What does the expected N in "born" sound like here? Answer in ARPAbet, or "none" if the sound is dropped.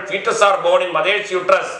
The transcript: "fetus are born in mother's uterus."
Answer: none